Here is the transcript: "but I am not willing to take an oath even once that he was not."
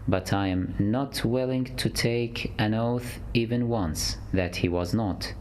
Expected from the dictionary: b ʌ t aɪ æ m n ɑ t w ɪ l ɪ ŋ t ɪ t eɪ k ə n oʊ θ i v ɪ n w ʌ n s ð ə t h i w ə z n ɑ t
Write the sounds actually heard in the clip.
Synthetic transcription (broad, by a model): b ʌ t aɪ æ m n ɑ t w ɪ l ɪ ŋ t ɪ t eɪ k ə n oʊ θ i v ɪ n w ʌ n s ð ə t h i w ə z n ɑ t